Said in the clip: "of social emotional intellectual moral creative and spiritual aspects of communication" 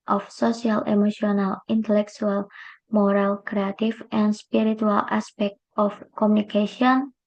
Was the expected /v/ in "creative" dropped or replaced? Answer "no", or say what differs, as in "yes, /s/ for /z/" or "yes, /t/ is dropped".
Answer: yes, /f/ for /v/